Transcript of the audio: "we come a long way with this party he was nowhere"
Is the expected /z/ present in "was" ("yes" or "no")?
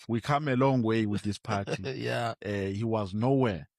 yes